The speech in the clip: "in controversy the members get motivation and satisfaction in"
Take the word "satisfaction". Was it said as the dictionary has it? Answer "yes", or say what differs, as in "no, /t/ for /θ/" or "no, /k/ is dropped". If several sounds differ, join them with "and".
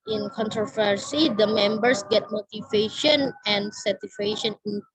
no, /s/ is dropped and /k/ is dropped